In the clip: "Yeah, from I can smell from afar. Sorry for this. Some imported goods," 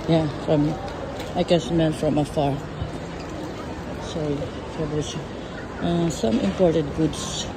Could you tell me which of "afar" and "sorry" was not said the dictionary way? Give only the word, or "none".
none